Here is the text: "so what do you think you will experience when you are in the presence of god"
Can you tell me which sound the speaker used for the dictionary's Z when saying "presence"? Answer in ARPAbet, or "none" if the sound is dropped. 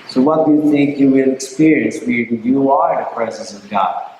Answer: Z